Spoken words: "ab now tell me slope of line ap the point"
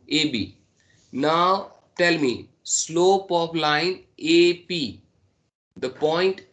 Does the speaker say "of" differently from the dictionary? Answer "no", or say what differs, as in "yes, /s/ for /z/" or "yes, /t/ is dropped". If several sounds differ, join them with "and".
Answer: yes, /p/ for /v/